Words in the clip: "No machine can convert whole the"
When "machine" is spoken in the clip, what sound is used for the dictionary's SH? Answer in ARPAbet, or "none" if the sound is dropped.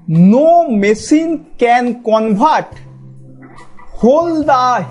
S